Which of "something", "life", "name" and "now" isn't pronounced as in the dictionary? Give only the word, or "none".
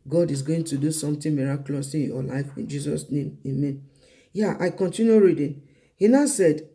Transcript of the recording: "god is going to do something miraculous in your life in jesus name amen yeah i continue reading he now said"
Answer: something